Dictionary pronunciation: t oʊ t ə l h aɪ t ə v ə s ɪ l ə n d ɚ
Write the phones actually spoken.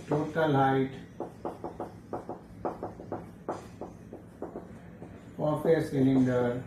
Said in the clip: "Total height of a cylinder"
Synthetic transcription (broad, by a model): t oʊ t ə l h aɪ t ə p ə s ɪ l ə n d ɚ